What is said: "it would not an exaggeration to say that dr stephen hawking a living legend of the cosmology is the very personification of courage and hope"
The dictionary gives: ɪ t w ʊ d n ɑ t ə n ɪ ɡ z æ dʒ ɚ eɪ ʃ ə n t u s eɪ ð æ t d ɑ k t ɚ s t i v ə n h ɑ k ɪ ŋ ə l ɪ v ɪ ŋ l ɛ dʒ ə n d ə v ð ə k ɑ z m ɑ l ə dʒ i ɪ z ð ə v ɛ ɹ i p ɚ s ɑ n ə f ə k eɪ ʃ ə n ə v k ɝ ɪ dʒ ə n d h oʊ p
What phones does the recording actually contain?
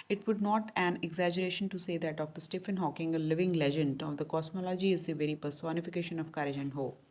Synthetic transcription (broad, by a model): ɪ t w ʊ d n ɑ t ə n ɪ ɡ z æ dʒ ɚ eɪ ʃ ə n t u s eɪ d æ t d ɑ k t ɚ s t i f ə n h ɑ k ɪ ŋ ə l ɪ v ɪ ŋ l ɛ dʒ ə n d ə v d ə k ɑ s m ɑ l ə dʒ i ɪ z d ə v ɛ ɹ i p ɚ s ɑ n ə f ə k eɪ ʃ ə n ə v k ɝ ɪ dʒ ə n d h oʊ